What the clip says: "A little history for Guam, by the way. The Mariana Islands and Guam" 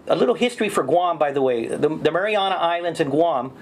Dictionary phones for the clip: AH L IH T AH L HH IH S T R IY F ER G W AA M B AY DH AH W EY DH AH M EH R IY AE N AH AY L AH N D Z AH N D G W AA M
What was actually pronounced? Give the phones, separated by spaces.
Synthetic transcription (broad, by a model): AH L IH T L HH IH S T R IY F ER G W AA M B AY DH AH W EY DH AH M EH R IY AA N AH AY L AH N D Z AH N G W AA M